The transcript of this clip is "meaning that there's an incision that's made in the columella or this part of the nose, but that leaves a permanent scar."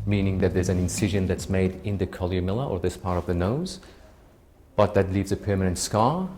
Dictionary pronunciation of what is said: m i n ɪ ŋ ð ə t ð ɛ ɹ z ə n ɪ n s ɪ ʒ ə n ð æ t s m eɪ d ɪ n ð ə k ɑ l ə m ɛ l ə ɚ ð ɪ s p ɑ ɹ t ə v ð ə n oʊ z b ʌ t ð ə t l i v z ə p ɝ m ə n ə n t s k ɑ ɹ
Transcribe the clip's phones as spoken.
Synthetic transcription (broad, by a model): m i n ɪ ŋ ð ə t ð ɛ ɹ z ə n ɪ n s ɪ ʒ ə n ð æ t s m eɪ d ɪ n ð ə k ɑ l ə m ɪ l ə ɚ ð ɪ s p ɑ ɹ t ə v ð ə n oʊ z b ʌ t ð ə t l i v z ə p ɝ m ə n ə n t s k ɑ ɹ